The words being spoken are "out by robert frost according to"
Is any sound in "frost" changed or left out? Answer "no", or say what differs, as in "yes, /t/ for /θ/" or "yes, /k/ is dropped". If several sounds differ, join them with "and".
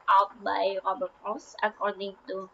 yes, /t/ is dropped